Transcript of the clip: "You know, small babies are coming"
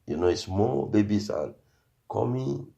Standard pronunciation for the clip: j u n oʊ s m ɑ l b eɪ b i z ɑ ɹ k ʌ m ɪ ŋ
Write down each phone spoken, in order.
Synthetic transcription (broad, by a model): j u n oʊ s m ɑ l b eɪ b i s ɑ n k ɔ m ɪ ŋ